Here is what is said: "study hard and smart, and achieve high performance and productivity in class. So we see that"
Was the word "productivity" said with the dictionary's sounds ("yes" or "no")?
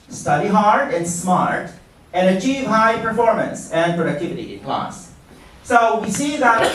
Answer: yes